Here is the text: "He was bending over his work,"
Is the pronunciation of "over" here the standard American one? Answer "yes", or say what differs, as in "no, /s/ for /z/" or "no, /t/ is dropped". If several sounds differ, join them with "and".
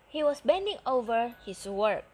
yes